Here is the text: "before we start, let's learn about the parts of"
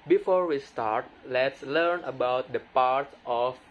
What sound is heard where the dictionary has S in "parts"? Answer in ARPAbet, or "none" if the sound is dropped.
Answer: none